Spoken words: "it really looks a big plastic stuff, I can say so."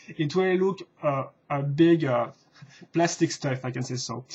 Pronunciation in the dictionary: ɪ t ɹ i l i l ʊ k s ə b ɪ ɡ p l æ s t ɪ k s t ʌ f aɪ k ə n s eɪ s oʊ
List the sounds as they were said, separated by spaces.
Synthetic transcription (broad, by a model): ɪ t w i l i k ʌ ə b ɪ ɡ p l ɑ s t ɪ k s t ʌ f aɪ k ə n s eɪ s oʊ